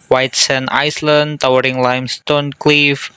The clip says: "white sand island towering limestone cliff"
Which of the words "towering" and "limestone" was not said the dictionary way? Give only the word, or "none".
none